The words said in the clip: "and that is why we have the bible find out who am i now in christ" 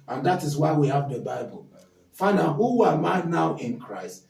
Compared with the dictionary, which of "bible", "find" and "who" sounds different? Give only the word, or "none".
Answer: find